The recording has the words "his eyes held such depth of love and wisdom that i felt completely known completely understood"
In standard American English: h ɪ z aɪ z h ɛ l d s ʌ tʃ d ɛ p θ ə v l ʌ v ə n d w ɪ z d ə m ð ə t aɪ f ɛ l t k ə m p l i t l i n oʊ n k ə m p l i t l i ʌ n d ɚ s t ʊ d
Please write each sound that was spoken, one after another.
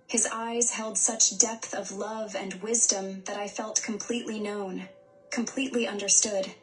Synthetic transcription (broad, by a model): h ɪ z aɪ z h ɛ l d s ʌ tʃ d ɛ p θ ə v l ʌ v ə n w ɪ z d ə m ð ə t aɪ f ɛ l t k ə m p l i t l i n oʊ n k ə m p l i t l i ʌ n d ɚ s t ʊ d